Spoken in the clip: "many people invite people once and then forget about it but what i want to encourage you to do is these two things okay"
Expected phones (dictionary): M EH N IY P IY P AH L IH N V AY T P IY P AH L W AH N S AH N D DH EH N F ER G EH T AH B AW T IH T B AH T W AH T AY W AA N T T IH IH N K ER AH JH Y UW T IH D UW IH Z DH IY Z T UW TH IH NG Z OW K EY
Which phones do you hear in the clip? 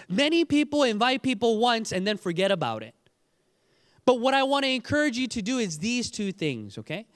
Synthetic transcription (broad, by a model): M EH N IY P IY P L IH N V AY T P IY P L W AH N S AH N DH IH N F ER G EH T AH B AW T IH T B AH T W AH T AY W AA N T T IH IH N K ER AH JH Y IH T IH D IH IH Z DH IY Z T UW TH IH NG Z OW K EY